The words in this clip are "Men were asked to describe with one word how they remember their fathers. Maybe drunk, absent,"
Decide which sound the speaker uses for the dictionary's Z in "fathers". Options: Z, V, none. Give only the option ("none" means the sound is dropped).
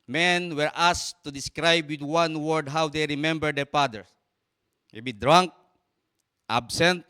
none